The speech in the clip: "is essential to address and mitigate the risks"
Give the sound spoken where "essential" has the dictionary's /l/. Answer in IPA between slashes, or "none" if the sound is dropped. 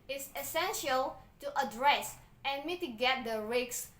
/l/